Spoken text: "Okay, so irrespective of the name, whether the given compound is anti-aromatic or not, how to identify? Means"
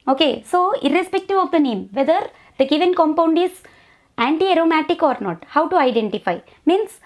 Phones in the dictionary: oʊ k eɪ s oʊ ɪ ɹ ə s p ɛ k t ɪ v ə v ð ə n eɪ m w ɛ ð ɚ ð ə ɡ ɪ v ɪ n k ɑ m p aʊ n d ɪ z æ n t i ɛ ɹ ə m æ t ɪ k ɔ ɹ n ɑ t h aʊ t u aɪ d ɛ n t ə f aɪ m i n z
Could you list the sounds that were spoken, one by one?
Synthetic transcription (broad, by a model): oʊ k eɪ s oʊ ɪ ɹ ə s p ɛ k t ɪ v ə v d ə n eɪ m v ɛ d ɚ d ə ɡ ɪ v ɪ n k ɑ m p aʊ n d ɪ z æ n t i ɛ ɹ ə m æ t ɪ k ɔ ɹ n ɑ t h aʊ t u aɪ d ɛ n t ə f aɪ m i n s